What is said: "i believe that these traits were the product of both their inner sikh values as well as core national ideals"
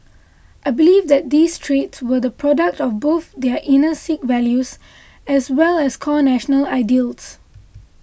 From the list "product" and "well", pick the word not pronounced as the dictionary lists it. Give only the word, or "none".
none